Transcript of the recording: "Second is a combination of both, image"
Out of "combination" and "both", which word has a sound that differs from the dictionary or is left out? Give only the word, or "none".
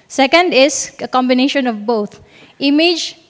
both